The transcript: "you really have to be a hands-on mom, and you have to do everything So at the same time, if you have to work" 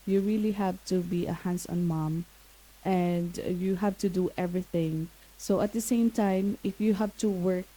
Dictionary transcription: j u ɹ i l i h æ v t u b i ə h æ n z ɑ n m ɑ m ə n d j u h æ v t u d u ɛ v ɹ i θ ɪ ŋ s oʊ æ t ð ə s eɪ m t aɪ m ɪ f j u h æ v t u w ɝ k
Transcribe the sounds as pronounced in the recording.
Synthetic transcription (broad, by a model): j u ɹ i l i h æ v t u b i ə h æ n s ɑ n m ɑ m ə n d j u h æ v t u d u ɛ v ɹ i θ ɪ ŋ s oʊ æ t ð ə s eɪ m t aɪ m ɪ f j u h æ v t u w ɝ k